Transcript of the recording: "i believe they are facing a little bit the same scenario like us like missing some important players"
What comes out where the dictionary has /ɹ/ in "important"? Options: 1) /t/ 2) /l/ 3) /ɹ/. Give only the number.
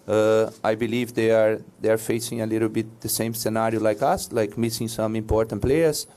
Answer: 3